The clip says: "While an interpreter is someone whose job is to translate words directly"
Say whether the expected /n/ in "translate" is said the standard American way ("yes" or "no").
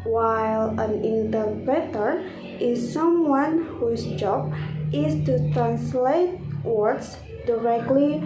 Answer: yes